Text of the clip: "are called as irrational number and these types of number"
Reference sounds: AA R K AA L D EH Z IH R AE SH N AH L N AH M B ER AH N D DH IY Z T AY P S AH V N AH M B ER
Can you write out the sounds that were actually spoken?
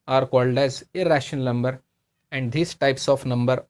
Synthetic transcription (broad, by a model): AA R K AA L D EH Z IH R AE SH AH N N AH M B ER AH N D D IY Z T AY P S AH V N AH M B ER